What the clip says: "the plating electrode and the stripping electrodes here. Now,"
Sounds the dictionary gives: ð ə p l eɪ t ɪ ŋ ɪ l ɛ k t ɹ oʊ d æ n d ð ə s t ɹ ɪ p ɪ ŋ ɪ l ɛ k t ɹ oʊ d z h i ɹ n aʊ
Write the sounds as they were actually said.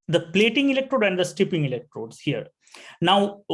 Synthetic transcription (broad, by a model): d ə p l eɪ t ɪ ŋ ɪ l ɛ k t ɹ oʊ d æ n d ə s t ɪ p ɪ ŋ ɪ l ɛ k t ɹ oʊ d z h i ɹ n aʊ